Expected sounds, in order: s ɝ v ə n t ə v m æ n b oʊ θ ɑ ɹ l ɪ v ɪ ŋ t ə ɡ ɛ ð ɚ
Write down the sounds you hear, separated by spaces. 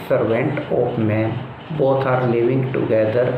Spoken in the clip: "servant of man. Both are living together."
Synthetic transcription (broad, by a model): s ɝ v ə n t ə p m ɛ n b oʊ t ɑ ɹ l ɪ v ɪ ŋ t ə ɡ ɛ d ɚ